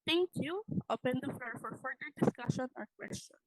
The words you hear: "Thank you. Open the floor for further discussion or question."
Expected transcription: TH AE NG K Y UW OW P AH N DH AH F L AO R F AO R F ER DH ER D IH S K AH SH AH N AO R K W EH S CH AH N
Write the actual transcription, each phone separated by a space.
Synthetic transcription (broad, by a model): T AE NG K Y UW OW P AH N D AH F AO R F AO R F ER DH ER D IH S K AH SH AH N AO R K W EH S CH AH N